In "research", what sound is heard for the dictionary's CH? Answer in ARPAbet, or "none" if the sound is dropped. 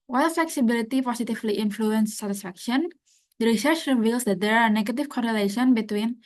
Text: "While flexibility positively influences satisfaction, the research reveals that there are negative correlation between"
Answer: CH